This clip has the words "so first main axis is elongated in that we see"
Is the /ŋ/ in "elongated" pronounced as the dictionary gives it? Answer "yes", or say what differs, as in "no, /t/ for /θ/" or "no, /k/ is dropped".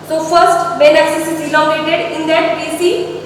no, /ŋ/ is dropped